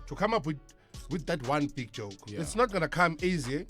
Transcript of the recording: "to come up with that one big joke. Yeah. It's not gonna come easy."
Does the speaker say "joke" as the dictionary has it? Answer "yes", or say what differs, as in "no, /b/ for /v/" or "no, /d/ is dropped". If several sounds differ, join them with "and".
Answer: yes